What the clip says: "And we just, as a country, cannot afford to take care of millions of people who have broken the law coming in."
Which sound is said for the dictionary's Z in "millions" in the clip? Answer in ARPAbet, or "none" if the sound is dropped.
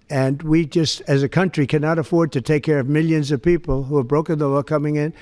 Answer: Z